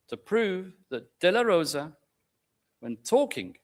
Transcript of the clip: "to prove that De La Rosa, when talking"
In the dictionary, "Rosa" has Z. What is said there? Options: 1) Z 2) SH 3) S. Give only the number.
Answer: 1